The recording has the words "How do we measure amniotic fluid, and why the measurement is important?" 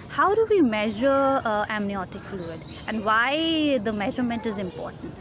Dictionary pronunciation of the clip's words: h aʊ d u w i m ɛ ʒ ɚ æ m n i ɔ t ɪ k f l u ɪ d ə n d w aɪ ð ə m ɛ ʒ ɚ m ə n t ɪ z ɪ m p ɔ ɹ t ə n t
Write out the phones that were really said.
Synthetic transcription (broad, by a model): h aʊ d u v i m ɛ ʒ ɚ æ m n i ɔ t ɪ k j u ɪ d ə n d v aɪ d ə m ɛ ʒ ɚ m ə n t ɪ z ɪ m p ɔ ɹ t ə n t